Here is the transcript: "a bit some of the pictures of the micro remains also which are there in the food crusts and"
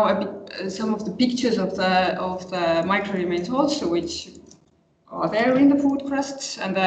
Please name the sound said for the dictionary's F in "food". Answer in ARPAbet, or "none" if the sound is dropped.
P